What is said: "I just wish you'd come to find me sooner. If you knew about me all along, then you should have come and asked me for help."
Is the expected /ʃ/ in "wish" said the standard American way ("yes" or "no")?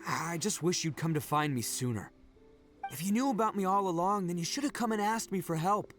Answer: yes